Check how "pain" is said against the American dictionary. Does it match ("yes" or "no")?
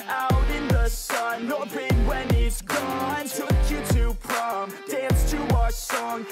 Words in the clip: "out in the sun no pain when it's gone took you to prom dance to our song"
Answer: no